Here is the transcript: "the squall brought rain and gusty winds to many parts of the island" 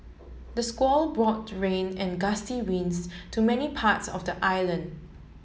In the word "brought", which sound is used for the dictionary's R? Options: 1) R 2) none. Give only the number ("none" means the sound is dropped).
1